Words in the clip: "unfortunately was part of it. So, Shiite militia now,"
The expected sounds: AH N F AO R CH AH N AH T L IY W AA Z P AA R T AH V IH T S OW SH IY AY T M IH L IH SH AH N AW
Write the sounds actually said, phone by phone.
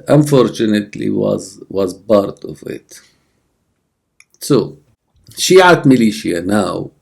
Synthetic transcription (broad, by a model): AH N F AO R CH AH N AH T L IY W AA Z B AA R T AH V IH T S OW SH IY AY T M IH L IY SH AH N AW